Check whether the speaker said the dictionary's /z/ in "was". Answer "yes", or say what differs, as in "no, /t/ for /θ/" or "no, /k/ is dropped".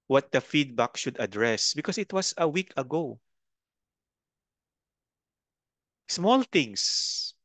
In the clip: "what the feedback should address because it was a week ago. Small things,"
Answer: no, /s/ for /z/